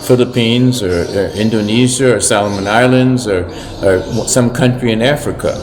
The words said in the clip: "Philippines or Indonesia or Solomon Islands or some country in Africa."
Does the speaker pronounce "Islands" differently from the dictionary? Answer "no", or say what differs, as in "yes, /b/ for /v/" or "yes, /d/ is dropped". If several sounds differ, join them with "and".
no